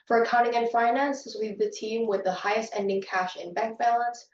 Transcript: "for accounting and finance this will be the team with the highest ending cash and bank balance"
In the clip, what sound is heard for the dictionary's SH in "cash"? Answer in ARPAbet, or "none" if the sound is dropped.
SH